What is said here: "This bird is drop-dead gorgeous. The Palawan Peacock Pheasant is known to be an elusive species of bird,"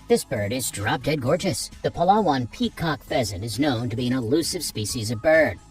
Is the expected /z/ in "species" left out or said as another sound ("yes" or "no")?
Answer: no